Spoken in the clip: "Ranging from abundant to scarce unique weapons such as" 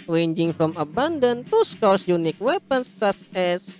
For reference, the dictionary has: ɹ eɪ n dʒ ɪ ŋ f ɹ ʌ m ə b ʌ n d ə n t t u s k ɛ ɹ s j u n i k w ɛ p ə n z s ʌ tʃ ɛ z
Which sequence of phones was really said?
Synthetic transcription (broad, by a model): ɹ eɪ n dʒ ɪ ŋ f ɹ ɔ m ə b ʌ n d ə n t t u s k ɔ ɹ s j u n i k w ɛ p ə n s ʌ s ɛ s